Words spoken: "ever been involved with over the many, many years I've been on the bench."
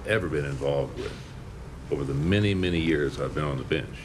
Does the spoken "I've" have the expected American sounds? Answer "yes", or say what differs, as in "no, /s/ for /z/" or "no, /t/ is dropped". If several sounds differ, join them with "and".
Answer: yes